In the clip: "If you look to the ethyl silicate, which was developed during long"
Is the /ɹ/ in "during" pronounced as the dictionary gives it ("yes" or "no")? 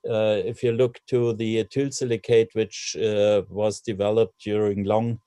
yes